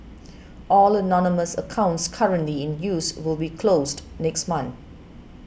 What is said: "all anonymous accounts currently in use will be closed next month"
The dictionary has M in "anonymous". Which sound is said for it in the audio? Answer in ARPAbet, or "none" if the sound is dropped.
M